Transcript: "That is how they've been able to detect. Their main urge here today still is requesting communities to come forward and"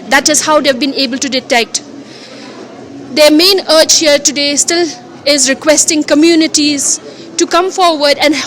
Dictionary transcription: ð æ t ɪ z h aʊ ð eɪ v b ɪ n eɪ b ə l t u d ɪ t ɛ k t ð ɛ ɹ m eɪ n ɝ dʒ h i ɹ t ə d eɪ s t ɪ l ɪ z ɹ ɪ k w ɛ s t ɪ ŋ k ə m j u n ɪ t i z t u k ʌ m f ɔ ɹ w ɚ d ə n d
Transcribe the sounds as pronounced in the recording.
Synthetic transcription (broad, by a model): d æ t ɪ z h aʊ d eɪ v b ɪ n eɪ b ə l t u d ɪ t ɛ k t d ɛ m eɪ n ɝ tʃ h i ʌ t ə d eɪ s t ɪ l ɪ z ɹ ɪ k w ɛ s t ɪ ŋ k ə m j u n ɪ t i z t u k ʌ m f ɔ ɹ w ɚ d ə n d